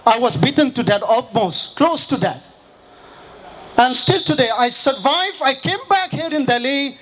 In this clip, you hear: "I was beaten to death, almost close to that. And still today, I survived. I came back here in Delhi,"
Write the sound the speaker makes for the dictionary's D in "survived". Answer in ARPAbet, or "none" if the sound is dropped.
none